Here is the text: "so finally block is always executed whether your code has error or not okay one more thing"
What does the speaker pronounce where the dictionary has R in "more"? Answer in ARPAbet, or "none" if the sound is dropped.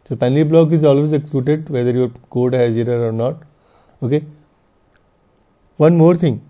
R